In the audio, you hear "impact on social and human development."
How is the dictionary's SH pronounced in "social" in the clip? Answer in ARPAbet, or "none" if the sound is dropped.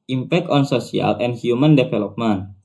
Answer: S